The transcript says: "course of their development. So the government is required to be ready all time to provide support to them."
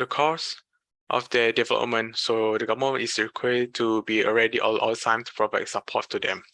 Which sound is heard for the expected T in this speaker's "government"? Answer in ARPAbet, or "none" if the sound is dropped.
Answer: none